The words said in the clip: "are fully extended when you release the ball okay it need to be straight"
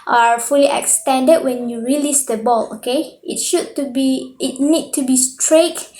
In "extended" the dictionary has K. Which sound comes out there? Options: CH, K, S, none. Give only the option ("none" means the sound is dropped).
K